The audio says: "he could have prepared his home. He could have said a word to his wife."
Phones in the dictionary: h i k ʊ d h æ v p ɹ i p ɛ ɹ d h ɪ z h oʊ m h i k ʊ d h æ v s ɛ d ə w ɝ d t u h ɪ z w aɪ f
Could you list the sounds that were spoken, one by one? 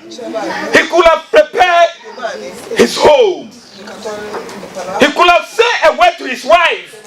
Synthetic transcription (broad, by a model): h i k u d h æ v p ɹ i p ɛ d h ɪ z h oʊ m h i k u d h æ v s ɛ ə w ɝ t u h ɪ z w aɪ f